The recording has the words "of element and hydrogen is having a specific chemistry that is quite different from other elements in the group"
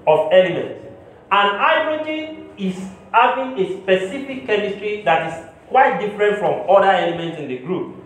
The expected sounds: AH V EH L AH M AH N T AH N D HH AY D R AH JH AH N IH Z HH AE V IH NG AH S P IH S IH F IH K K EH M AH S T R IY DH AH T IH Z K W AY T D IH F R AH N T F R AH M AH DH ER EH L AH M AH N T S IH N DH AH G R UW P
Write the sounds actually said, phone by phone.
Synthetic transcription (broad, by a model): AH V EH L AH M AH N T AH N AY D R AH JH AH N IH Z HH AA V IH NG AH S P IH S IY F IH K K EH M AH S T R IY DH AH T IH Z K W AY T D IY F R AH N T F R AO M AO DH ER EH L AH M AH N T S IH N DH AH G R UW P